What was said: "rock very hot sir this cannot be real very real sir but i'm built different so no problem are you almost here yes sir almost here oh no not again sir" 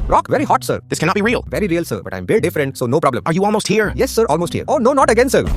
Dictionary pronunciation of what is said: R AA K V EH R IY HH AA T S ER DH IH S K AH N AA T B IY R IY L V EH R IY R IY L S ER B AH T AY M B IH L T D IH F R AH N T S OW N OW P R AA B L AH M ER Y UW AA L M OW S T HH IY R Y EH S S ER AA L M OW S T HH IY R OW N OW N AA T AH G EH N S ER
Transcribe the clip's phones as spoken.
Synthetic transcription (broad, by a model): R AA K V EH R IY HH AA T S ER DH IH S K AH N AA T B IY R IY L V EH R IY R IY L S ER B AH T AY M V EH T D IH F R AH N T S OW N OW P R AA B L AH M ER Y UW AA L M OW S T HH IY R Y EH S S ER AA L M OW S T HH IY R OW N OW N AA T AH G EH N S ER